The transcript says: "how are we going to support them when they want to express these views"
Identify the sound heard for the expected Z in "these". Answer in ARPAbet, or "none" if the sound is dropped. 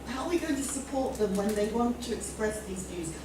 Z